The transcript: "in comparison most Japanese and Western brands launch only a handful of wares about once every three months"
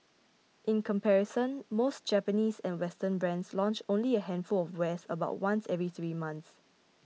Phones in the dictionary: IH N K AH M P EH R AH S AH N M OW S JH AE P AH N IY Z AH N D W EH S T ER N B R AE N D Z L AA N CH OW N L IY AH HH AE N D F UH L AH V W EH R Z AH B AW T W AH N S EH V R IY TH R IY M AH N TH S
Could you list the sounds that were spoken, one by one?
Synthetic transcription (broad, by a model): IH N K AH M P EH R AH S AH N M OW S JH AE P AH N IY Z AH N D W EH S T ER N B R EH N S L AA N CH OW N L IY AH HH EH N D F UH L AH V W EH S AH B AW T W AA N S EH V R IY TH R IY M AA N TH S